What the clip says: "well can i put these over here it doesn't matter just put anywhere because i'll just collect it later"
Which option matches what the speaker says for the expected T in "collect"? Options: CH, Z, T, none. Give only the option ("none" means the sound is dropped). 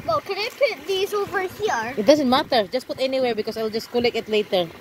none